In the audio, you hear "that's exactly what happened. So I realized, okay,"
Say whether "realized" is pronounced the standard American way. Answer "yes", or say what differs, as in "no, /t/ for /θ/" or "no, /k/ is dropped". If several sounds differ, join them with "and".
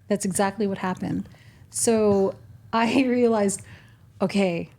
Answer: yes